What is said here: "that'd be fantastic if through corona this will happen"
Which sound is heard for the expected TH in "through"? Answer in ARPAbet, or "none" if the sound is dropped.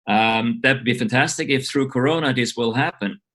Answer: TH